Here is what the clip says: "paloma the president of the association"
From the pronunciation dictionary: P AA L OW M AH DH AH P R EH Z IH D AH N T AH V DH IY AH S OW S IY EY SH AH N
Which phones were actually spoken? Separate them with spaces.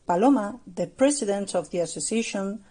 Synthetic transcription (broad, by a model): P AA L OW M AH DH AH P R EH S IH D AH N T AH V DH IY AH S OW S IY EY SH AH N